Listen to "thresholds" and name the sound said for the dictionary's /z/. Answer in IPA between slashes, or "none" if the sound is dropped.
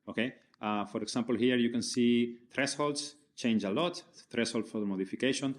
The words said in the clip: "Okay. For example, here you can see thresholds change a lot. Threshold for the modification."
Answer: /s/